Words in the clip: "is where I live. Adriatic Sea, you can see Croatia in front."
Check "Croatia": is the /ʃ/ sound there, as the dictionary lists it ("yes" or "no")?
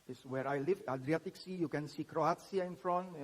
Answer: no